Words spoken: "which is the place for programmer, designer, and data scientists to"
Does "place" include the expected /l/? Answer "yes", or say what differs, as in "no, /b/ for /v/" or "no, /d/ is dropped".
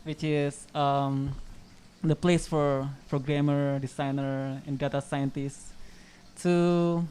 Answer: yes